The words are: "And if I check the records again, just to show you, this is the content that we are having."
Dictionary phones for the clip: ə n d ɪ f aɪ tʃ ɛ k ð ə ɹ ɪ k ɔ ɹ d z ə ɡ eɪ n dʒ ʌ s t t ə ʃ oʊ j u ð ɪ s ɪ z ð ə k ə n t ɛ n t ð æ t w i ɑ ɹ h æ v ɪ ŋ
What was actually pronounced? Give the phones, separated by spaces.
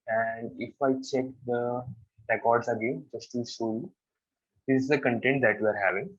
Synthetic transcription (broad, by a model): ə n d ɪ f aɪ tʃ ɛ k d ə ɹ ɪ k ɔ ɹ d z ə ɡ eɪ n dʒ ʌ s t t ə s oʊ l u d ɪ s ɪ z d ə k ə n t ɛ n t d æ t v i ɑ ɹ h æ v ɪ ŋ